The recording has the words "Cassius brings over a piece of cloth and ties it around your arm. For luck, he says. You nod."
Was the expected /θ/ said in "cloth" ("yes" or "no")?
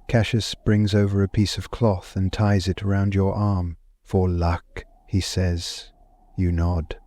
yes